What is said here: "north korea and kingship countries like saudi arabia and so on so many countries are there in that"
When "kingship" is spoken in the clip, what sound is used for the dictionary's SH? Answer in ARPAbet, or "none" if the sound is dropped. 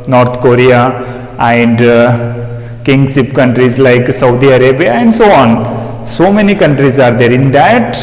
S